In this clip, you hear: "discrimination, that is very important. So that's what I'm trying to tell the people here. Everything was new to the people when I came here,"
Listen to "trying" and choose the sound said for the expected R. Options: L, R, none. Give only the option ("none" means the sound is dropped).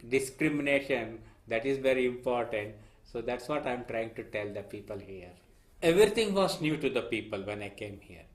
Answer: R